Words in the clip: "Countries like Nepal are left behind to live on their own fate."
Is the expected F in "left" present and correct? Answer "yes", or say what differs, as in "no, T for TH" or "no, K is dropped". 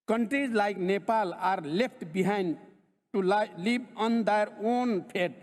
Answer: no, P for F